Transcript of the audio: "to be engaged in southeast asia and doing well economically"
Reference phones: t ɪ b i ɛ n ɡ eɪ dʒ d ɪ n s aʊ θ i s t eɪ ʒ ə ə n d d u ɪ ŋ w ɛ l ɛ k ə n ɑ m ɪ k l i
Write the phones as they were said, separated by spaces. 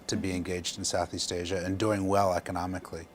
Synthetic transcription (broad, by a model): t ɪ b i ɛ n ɡ eɪ dʒ d n s aʊ θ i s t eɪ ʒ ə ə n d d u ɪ ŋ w ɛ l ɛ k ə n ɑ m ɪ k l i